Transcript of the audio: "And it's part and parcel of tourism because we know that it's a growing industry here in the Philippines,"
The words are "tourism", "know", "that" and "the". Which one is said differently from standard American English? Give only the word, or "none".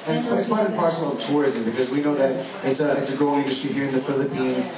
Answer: none